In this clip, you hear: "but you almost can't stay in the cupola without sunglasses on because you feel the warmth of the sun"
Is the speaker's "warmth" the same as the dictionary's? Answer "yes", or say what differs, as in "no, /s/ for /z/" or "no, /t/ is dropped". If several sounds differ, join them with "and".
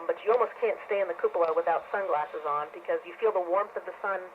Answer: yes